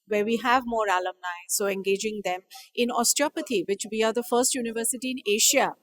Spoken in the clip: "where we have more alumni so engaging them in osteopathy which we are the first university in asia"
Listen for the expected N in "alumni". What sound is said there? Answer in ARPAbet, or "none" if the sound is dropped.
N